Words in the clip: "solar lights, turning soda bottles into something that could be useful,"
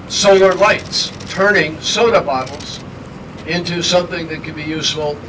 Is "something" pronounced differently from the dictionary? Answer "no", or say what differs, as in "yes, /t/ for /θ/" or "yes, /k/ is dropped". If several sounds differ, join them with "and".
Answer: no